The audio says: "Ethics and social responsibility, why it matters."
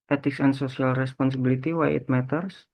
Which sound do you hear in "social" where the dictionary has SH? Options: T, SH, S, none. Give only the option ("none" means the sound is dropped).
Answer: S